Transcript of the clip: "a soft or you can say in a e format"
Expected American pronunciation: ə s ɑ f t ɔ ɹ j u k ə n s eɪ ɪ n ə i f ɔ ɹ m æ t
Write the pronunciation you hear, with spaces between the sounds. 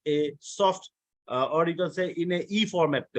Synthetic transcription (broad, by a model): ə s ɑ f t ɔ ɹ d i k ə l s eɪ ɪ n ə i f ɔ ɹ m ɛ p